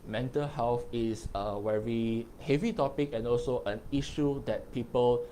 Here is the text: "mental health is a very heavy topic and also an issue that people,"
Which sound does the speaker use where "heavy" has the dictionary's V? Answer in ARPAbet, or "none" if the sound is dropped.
V